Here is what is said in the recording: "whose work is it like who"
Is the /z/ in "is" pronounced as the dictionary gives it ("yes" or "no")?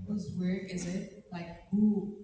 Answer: yes